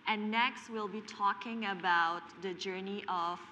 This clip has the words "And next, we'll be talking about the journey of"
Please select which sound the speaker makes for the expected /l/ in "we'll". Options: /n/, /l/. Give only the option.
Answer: /l/